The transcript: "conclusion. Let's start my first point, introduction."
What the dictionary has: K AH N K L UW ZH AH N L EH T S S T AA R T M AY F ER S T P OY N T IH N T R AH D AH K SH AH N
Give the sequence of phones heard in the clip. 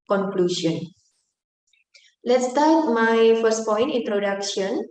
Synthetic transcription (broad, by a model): K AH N K L UW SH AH N L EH T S S T AA R T M AY F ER S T P OY N T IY N T R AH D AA K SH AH N